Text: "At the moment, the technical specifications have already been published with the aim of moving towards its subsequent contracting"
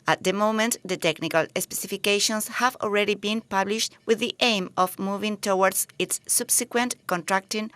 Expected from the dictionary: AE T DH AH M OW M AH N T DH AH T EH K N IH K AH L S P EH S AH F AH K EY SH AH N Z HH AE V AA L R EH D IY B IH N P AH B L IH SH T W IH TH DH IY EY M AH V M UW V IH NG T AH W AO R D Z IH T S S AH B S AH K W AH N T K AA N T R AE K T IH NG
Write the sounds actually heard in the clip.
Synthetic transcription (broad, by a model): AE T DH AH M OW M AH N T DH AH T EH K N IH K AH L S P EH S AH F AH K EY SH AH N S HH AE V AA L R EH D IY B IH N P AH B L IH SH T W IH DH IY EY M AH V M UW V IH NG T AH W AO R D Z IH T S S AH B S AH K W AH N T K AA N T R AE K T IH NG